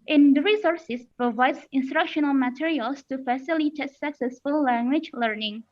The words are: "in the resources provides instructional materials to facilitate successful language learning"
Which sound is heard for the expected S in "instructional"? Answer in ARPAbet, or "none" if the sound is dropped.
S